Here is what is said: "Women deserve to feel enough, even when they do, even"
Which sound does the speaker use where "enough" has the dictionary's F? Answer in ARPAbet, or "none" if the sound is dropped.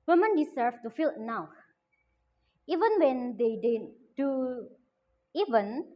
none